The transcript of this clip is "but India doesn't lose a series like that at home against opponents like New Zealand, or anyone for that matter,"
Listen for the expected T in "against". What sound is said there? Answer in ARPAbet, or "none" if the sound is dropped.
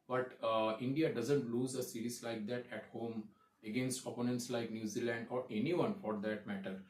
T